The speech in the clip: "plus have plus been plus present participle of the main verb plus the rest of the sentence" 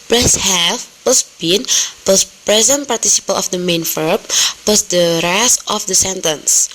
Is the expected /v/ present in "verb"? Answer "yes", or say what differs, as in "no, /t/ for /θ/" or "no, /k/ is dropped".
no, /f/ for /v/